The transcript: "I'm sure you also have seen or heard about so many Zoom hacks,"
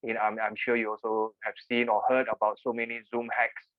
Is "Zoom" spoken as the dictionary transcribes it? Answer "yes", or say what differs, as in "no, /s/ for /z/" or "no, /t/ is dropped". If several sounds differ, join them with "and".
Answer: yes